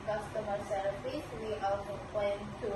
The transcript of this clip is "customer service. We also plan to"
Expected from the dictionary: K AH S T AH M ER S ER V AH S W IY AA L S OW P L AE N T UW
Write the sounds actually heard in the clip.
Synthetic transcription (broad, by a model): K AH S T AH M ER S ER F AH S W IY AA L S OW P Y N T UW